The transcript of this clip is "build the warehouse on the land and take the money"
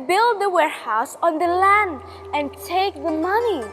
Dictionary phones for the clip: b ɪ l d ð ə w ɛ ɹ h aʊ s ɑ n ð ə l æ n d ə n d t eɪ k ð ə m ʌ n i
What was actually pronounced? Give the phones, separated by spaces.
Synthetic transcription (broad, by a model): b ɪ l d ð ə w ɛ ɹ h aʊ s ɑ n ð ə l æ n d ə n t eɪ k ð ə m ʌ n i